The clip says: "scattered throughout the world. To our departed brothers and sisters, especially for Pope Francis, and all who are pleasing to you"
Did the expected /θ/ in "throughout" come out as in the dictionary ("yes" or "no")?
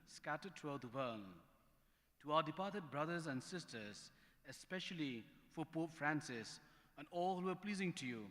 no